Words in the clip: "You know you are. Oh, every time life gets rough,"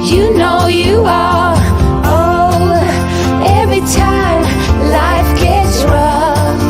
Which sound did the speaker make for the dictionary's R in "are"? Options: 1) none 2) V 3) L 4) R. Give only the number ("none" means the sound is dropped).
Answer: 3